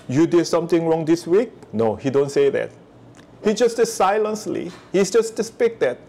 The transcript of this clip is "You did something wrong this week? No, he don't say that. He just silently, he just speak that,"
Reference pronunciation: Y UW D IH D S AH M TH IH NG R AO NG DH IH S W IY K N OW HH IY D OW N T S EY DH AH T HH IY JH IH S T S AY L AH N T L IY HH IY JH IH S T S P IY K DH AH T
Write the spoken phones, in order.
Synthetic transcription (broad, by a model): Y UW D IH D S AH M T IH NG R AO NG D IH S W IY K N OW HH IY D OW N T S EY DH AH T HH IY JH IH S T S AY L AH N S L IY HH IY JH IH S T S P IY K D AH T